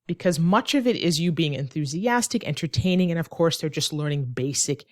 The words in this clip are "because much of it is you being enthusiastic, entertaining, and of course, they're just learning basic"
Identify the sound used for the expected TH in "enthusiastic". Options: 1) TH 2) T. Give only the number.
1